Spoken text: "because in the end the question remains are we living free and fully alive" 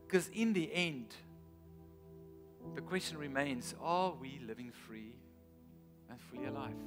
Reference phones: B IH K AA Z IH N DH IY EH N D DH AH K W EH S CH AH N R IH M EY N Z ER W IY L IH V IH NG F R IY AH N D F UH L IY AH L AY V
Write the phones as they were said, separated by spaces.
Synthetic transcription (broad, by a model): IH K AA Z IH N DH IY EH N D DH AH K W EH S CH AH N R IH M EY N Z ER W IY L IH V IH NG F R IY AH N F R IY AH L AY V